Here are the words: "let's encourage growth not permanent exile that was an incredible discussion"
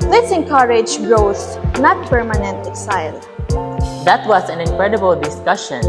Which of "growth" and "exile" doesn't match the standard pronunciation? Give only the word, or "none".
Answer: growth